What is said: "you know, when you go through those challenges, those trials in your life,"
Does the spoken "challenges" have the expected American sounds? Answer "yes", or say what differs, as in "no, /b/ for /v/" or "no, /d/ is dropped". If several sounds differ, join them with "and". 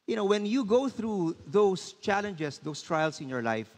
no, /s/ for /z/